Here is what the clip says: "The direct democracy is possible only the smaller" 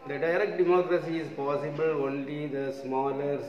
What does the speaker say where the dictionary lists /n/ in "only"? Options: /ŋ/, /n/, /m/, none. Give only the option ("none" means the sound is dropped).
/n/